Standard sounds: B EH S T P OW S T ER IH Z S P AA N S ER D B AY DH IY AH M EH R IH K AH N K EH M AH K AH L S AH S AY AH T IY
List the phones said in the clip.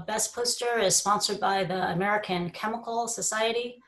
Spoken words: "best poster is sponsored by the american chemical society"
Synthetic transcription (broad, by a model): B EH S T P OW S T ER IH Z S P AA N S ER D B AY DH IY AH M EH R IH K AH N K EH M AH K L S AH S AY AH T IY